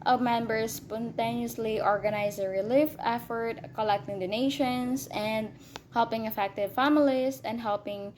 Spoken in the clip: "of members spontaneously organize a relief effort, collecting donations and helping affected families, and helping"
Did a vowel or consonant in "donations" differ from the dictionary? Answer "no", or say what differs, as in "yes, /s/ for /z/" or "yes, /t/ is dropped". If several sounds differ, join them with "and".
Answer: yes, /s/ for /z/